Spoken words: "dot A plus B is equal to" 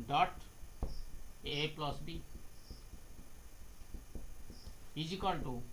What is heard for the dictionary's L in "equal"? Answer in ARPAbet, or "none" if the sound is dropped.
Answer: N